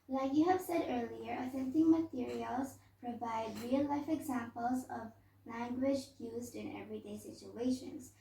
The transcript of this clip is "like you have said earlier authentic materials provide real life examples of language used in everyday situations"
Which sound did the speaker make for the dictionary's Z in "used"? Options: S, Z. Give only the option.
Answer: Z